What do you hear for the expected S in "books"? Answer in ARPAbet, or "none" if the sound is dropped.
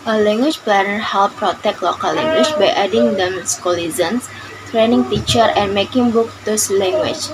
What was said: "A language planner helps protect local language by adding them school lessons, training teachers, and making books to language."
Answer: none